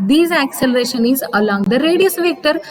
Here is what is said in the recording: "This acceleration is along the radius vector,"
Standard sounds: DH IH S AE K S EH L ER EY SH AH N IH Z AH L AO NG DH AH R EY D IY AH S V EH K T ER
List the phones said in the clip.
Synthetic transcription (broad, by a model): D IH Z AE K S EH L ER EY SH AH N IH Z AH L AO NG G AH R EY D IY AH S V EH K T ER